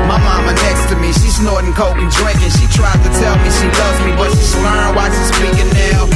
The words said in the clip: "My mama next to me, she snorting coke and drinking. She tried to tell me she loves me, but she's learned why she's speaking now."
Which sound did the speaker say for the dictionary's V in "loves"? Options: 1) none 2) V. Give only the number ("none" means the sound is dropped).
1